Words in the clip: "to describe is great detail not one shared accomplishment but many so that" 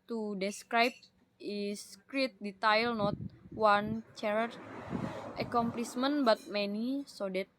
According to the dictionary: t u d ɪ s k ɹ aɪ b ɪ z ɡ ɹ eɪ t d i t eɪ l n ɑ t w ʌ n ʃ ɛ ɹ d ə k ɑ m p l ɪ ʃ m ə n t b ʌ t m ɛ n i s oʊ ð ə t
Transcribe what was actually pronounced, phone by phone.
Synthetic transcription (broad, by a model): t u d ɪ s k ɹ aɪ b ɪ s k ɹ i t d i t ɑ l n ɑ t w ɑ n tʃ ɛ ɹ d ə k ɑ m p l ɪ s m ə n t b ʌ t m ɛ n i s oʊ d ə t